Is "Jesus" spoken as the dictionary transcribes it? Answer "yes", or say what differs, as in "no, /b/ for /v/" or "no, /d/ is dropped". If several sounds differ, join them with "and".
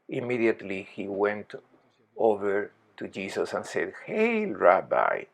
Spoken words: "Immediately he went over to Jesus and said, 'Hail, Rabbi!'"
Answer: no, /s/ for /z/